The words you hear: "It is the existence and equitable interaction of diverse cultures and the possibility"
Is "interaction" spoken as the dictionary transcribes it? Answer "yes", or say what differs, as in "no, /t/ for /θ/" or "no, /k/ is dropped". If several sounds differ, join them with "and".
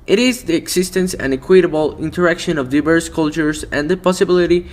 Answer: yes